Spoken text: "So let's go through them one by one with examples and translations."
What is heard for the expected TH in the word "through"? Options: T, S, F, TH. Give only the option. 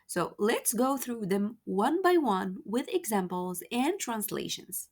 TH